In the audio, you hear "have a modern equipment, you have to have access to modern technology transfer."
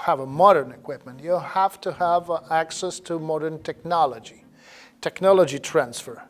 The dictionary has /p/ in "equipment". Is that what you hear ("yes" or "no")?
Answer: yes